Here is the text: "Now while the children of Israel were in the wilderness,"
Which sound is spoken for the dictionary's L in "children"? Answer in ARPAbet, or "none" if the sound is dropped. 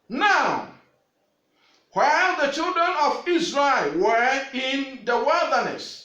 L